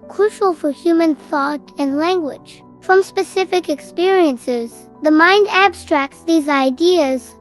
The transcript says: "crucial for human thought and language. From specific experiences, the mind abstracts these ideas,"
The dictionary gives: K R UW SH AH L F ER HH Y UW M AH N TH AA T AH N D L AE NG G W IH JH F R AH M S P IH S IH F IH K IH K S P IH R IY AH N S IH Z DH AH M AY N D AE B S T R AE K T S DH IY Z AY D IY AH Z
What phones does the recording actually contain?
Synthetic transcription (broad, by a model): K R UW SH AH L F ER HH Y UW M AH N TH AA T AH N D L AE NG G W IH JH F R AH M S P IH S IH F IH K IH K S P IH R IY AH N S IH Z DH AH M AY N D AE B S T R AE K T S DH IY Z AY D IY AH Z